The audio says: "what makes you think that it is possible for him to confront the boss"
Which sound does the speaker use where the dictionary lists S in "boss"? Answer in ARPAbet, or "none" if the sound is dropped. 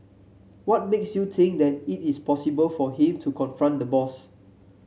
S